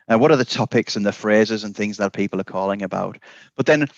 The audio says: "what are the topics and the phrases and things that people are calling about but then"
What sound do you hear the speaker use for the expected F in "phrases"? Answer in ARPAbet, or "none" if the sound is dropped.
F